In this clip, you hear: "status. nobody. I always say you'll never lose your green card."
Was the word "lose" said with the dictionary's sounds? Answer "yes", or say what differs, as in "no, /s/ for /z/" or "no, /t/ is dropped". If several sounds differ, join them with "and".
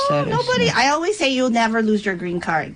yes